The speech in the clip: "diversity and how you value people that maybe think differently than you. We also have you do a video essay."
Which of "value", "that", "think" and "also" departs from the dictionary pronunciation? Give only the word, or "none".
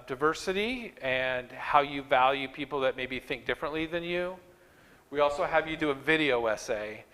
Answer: none